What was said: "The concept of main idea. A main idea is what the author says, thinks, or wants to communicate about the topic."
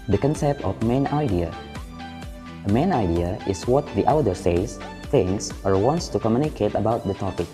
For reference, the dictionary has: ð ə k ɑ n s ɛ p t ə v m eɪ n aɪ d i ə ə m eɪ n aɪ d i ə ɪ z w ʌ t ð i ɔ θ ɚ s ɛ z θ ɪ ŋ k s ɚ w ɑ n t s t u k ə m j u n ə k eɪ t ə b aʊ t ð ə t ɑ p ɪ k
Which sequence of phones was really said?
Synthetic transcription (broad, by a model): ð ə k ɑ n s ɛ p t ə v m eɪ n aɪ d i ə ə m eɪ n aɪ d i ə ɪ s w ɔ t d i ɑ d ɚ s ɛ s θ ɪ ŋ s ɚ w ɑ n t s t u k ə m j u n ə k eɪ t ə b aʊ t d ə t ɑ p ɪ k